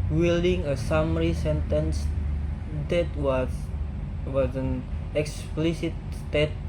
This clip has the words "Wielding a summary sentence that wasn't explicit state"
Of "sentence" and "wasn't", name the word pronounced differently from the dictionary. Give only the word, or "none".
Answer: wasn't